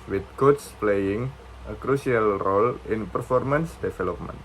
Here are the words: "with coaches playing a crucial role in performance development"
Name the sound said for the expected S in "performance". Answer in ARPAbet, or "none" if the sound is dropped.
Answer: S